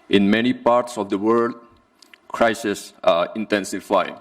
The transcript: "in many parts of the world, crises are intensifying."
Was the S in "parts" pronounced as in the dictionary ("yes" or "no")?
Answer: yes